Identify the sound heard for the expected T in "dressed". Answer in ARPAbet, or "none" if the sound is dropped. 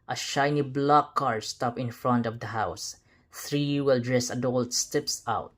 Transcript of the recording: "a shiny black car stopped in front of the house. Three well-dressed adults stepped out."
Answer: none